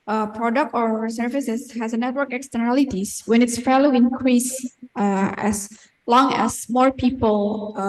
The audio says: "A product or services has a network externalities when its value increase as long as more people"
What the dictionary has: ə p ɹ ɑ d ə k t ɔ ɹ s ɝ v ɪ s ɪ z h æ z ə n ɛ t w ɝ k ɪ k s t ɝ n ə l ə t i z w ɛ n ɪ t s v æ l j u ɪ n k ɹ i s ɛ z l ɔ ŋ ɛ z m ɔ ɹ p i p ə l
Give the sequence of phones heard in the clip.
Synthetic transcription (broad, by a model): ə p ɹ ɑ d ə k t ɔ ɹ s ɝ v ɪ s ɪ s h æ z ə n ɛ t w ɝ k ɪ k s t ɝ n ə l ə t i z w ɛ n ɪ t s f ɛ l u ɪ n k ɹ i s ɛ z l ɔ ŋ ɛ s m ɔ ɹ p i p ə l